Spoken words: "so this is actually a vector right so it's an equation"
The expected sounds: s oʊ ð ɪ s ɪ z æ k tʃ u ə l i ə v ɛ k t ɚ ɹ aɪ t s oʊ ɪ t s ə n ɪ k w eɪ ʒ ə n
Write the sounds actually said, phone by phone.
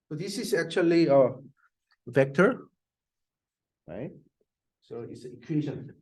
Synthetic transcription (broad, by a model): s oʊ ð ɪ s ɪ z æ k tʃ u ə l i ə v ɛ k t ɚ ɹ aɪ t s oʊ ɪ t s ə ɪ k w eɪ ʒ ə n